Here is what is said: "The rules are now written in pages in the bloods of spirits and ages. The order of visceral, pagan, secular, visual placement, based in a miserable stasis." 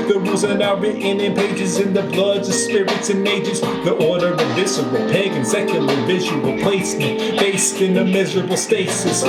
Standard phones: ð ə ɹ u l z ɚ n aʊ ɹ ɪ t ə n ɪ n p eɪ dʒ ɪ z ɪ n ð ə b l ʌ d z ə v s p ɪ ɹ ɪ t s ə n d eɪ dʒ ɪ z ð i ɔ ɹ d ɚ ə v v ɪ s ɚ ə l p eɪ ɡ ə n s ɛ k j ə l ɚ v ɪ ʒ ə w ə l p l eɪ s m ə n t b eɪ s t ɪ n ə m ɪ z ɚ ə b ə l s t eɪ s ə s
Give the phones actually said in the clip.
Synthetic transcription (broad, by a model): ð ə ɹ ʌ z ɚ n aʊ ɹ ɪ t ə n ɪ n p eɪ dʒ ɪ z ɪ n ð ə b l ʌ d z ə s p ɪ ɹ ɪ t s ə n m eɪ dʒ ɪ z ð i ɔ ɹ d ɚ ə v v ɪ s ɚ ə w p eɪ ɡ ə n s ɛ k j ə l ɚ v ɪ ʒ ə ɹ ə p l eɪ s m ə n t b eɪ s t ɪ n ə m ɪ z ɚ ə b l s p eɪ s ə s